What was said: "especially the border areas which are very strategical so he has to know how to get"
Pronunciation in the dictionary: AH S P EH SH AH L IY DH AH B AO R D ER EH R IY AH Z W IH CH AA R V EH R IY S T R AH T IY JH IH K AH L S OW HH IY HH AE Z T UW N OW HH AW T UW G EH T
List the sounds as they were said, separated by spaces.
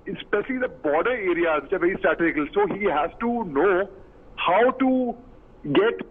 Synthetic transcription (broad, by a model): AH S P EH SH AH L IY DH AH B AO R D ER EH R IY AH Z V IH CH AA R V EH R IY S T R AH T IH IH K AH L S OW HH IY HH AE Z T UW N OW HH AW T UW G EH T